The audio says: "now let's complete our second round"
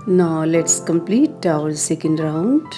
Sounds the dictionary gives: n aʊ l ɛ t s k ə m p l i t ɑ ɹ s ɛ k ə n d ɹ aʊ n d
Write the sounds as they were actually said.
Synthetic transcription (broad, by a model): n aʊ l ɛ t s k ə m p l i t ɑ l s ɛ k ə n d ɹ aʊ n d